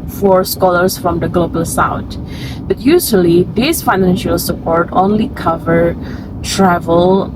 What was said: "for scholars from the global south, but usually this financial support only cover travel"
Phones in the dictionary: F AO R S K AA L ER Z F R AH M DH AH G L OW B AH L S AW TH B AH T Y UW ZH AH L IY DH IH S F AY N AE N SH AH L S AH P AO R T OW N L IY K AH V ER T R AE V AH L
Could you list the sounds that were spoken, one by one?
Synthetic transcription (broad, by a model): F AO R S K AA L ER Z F R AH M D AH G L OW B AH L S AW T B AH T Y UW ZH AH L IY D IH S F AY N AE N SH AH L S AH P AO R T OW N L IY K AH V ER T R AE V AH L